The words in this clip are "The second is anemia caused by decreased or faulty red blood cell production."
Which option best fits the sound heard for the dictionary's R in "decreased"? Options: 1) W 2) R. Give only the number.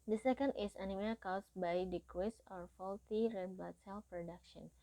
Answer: 1